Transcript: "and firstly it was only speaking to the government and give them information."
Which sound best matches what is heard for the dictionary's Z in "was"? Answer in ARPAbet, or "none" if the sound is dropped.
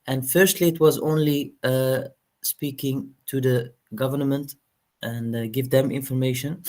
Z